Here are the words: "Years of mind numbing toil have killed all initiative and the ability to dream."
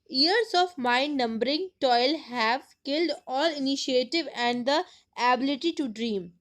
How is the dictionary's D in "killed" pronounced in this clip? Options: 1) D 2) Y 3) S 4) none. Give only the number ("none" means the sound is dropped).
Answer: 1